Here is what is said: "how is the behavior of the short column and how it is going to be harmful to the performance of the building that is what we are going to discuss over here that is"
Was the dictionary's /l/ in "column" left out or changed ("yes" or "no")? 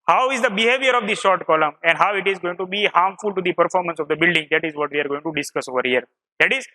no